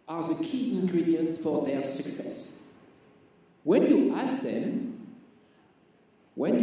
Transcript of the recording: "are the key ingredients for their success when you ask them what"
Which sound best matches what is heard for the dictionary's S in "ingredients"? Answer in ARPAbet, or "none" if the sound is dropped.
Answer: none